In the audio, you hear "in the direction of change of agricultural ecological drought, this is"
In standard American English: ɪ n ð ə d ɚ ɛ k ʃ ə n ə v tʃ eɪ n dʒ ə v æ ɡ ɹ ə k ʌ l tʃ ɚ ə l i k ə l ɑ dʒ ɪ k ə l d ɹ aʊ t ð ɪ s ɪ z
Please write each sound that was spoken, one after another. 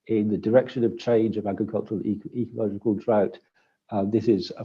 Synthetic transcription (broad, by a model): ɪ n ð ə d ɚ ɛ k ʃ ə n ə v tʃ eɪ n dʒ ə v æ ɡ ɹ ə k ʌ l tʃ ɚ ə l i k ə l ɑ dʒ ɪ k ə l d ɹ aʊ t ð ɪ s ɪ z